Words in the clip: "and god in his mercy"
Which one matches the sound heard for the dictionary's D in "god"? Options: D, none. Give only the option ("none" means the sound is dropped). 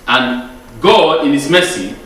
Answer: none